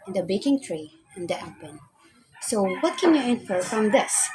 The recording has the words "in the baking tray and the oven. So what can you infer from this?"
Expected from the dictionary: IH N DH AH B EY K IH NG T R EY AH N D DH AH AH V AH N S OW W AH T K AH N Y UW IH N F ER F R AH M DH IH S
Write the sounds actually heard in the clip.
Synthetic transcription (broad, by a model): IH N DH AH B EY K IH NG T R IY AH N D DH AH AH P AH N S OW W AH T K AH N Y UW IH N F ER F R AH M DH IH S